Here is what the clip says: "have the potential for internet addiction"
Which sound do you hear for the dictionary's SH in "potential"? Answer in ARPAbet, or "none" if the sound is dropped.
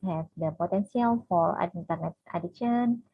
S